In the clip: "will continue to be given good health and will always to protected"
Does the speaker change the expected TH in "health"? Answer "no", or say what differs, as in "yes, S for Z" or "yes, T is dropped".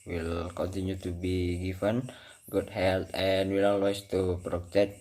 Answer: yes, T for TH